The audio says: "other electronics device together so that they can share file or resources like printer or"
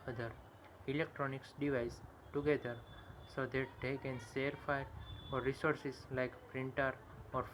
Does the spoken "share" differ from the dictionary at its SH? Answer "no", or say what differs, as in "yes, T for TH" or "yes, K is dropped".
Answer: yes, S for SH